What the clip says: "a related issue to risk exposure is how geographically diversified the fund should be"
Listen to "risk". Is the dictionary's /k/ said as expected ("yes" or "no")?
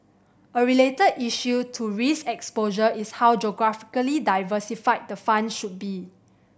no